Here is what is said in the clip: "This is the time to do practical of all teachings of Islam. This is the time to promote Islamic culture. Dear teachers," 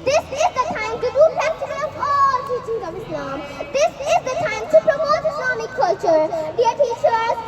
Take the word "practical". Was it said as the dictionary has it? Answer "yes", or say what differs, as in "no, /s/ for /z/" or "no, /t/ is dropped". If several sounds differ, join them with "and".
no, /ɹ/ is dropped